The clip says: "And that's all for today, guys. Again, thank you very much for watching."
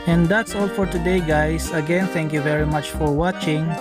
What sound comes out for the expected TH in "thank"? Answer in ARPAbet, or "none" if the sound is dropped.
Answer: T